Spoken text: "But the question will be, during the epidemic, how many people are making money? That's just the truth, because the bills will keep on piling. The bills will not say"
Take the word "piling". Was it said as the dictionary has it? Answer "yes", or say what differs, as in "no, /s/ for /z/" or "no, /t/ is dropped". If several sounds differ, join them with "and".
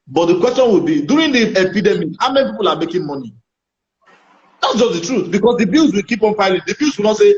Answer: no, /f/ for /p/